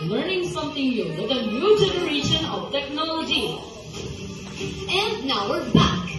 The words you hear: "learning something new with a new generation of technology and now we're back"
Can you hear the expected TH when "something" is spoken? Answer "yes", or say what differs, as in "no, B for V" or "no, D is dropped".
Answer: no, T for TH